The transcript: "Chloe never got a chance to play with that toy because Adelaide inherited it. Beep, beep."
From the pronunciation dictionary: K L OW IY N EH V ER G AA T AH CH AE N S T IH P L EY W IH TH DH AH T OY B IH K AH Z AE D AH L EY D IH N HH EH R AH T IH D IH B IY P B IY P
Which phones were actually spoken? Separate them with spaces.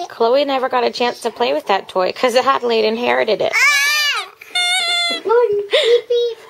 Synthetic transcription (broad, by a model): K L OW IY N EH V ER G AA T AH CH AE N S T IH P L EY W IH DH AH T OY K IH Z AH AE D L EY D IH N HH EH R AH T IH D IH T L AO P